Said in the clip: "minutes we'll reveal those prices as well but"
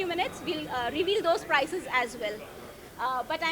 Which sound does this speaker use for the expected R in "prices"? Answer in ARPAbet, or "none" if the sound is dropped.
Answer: R